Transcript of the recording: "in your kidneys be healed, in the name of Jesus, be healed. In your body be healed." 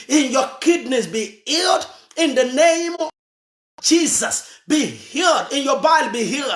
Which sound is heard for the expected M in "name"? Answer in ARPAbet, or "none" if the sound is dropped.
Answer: none